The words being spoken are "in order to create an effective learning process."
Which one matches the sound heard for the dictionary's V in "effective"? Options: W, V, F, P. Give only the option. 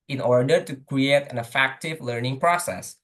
V